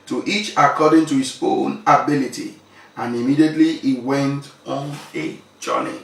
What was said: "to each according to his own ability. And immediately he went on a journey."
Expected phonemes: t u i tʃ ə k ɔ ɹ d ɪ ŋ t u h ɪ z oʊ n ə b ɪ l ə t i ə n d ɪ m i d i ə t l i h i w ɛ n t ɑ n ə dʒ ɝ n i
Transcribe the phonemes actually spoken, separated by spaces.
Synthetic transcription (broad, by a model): t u i tʃ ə k ɔ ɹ d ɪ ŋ t u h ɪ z oʊ n ə b ɪ l ə t i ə n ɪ m i d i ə t l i i w ɛ n t ɑ n ə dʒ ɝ n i